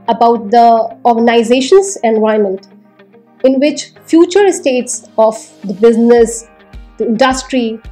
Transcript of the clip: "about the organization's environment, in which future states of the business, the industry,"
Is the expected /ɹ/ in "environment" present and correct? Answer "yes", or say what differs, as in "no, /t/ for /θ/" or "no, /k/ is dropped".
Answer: no, /ɹ/ is dropped